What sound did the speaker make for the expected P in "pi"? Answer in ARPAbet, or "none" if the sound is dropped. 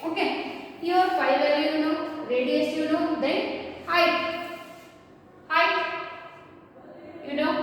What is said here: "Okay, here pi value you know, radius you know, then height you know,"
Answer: F